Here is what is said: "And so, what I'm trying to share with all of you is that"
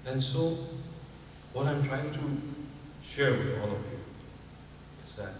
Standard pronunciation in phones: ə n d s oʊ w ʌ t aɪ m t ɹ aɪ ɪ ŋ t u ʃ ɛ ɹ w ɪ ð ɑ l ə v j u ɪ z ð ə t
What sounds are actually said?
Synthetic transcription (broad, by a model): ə n s oʊ w ʌ t aɪ m t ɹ aɪ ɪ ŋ t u ʃ ɛ ɹ w ɪ ð ɑ l ə v j u ɪ z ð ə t